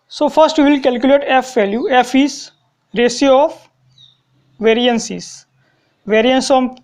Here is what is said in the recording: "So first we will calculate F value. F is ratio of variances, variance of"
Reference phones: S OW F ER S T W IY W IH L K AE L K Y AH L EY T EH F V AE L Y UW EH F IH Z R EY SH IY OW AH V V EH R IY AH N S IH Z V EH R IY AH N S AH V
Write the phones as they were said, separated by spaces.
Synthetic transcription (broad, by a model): S OW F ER S T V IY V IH L K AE L K Y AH L EY T EH F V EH L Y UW EH F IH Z R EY S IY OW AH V V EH R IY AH N S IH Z V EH R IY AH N S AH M